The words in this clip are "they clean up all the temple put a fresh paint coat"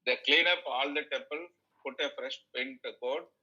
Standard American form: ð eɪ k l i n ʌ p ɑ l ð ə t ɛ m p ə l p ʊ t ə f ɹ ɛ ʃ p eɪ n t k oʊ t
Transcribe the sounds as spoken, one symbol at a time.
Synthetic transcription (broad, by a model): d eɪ k l i n ʌ p ɑ l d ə t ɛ m p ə l p ʊ t ə f ɹ ɛ ʃ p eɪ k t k oʊ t